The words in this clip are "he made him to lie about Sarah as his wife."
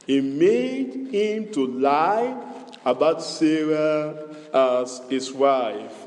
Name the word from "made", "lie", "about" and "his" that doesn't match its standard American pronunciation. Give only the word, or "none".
his